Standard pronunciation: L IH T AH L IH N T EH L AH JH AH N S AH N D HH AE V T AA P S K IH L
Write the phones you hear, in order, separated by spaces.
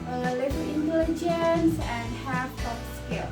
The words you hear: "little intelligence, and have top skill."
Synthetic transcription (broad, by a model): L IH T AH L IH N T EH L AH JH AH N S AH N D HH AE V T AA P S K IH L